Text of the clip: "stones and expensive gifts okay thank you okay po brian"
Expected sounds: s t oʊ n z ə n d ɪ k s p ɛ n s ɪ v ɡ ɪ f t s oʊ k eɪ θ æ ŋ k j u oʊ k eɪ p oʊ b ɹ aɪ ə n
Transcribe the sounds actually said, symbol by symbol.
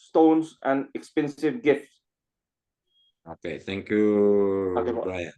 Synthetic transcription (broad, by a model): s t oʊ n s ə n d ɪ k s p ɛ n s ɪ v ɡ ɪ f t s oʊ k eɪ t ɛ ŋ k j u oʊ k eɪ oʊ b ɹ aɪ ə n